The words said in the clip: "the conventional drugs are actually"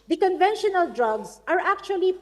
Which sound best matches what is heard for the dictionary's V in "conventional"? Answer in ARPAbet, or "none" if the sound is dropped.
V